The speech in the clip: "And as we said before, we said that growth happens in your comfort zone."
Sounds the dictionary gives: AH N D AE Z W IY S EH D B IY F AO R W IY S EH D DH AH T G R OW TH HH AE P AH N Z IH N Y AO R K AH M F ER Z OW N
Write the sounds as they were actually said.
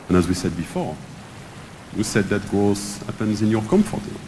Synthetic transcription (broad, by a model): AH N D AE Z W IY S EH D B IY F AO R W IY S EH D DH AH T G OW S HH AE P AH N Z IH N Y AO R K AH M F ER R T